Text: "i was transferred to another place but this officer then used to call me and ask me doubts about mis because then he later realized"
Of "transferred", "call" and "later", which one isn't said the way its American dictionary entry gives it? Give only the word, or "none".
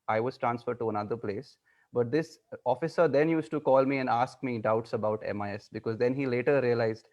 none